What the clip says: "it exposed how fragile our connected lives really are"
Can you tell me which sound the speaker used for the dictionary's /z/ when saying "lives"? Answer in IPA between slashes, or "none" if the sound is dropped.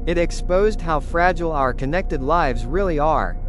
/z/